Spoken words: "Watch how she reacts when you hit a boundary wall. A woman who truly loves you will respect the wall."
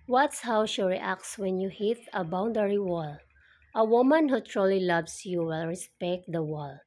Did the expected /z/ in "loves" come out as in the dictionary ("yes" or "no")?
no